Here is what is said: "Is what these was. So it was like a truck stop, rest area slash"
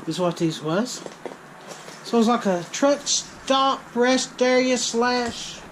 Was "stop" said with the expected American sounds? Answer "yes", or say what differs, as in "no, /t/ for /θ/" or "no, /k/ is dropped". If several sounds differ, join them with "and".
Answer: no, /b/ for /p/